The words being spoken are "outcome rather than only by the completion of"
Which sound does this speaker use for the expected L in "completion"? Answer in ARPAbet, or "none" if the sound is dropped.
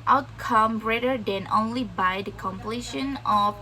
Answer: L